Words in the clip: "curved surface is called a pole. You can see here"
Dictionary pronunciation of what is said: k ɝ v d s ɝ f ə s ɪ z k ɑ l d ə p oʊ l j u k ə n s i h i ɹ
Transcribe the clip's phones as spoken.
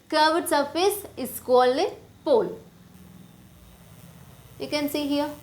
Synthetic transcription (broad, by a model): k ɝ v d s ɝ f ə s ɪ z k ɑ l ə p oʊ l j u k ə n s i h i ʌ